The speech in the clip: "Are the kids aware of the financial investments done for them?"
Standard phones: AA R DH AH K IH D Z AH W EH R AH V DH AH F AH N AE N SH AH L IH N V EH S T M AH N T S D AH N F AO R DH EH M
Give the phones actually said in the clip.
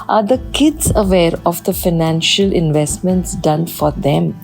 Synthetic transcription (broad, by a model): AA R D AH K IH D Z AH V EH R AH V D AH F AH N AE N SH AH L IH N V EH S T M AH N T S D AH N F AO R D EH M